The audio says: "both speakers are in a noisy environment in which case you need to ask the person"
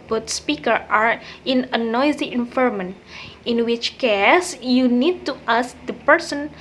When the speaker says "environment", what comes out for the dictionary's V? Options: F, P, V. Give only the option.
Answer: F